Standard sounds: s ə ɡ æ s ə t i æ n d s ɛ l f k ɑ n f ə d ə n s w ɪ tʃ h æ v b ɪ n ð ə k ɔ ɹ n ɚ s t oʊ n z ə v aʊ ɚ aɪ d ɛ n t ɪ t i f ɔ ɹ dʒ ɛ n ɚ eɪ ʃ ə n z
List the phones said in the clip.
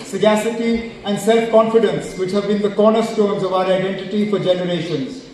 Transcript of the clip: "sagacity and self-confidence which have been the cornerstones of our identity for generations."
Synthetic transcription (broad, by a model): s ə ɡ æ s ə t i æ n d s ɛ l f k ɑ n f ə d ə n s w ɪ tʃ h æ v b ɪ n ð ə k ɔ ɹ n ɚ s t oʊ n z ə v aʊ ɚ aɪ d ɛ n t ɪ t i f ɔ ɹ dʒ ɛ n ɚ eɪ ʃ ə n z